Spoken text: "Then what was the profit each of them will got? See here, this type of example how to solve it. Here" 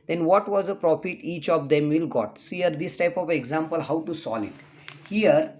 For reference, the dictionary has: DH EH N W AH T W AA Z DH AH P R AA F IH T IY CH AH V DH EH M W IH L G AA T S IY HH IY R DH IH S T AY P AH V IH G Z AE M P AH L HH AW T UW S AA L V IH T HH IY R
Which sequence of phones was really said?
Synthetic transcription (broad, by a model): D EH N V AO T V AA Z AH P R AA F IH T IY CH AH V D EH M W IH L G AA T S IY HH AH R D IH S T AY P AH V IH G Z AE M P AH L HH AW T UW S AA L IH T HH IY R